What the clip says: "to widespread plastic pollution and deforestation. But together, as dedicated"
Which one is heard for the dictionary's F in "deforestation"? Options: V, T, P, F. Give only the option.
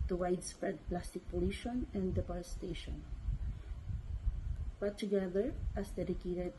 P